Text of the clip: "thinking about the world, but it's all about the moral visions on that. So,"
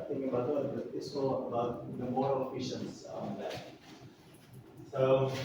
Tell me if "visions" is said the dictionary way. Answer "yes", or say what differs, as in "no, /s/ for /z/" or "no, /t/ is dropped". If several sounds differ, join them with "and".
no, /f/ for /v/ and /ʃ/ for /ʒ/